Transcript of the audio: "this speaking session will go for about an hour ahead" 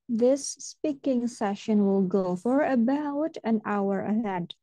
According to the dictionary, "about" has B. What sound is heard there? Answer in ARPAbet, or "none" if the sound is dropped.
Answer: B